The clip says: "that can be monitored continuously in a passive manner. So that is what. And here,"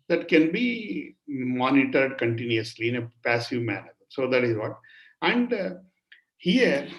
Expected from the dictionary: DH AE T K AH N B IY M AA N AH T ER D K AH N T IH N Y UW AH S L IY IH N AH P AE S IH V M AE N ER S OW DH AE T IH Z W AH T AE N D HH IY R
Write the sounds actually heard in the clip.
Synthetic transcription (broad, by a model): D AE T K AH N B IY M AA N AH T ER D K AH N T IH N Y UW AH S L IY IH N AH P AE S IH V M AE N ER S OW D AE T IH Z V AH T AE N D HH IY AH